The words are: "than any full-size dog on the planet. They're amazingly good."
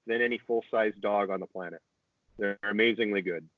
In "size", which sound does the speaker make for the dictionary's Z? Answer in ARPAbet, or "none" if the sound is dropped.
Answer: Z